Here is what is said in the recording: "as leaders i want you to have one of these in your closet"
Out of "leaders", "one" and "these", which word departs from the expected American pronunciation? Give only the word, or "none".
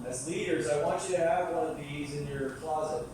none